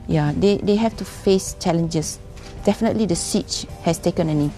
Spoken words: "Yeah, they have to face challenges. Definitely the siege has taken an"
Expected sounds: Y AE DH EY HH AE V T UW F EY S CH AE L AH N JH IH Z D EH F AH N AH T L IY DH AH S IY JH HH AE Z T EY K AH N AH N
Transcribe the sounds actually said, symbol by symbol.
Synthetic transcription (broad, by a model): Y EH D EY HH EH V T UW F EY S CH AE L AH N JH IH S D EH F AH N AH T L IY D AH S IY CH HH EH S T EY K AH N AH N